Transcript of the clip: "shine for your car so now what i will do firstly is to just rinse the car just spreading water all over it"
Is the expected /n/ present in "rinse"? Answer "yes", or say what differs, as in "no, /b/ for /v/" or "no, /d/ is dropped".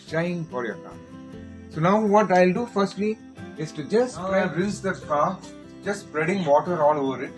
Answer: no, /n/ is dropped